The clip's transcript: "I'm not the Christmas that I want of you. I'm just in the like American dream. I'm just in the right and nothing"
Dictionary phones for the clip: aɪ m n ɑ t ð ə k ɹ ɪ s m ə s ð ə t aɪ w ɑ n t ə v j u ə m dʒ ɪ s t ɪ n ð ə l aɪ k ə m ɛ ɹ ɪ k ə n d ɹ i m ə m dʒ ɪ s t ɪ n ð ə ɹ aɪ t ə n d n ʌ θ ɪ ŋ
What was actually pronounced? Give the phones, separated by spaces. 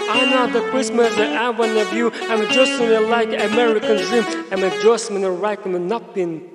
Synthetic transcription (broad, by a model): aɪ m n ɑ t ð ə k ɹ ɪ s m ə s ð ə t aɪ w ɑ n ə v j u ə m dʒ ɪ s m ɪ n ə l aɪ k ə m ɛ ɹ ɪ k ə n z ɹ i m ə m dʒ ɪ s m ɪ n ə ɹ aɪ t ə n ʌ n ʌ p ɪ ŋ